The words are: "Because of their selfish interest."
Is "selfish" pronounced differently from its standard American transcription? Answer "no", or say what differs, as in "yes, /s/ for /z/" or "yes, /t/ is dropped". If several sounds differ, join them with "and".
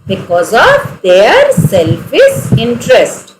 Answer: yes, /s/ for /ʃ/